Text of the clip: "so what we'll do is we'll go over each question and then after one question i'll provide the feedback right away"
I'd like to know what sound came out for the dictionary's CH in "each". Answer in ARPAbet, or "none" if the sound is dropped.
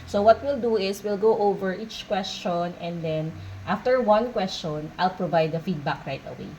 CH